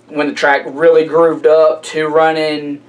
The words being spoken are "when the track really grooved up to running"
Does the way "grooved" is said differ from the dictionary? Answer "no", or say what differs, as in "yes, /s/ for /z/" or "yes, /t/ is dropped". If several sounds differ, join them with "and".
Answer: no